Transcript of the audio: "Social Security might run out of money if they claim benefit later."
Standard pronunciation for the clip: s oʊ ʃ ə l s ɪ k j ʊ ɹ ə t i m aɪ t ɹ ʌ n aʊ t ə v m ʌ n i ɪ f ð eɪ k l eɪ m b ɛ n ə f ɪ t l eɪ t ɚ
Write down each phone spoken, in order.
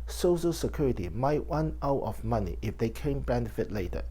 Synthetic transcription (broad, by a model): s oʊ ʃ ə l s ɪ k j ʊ ɹ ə t i m aɪ t w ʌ n aʊ t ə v m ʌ n i ɪ f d eɪ k eɪ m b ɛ n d f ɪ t l eɪ t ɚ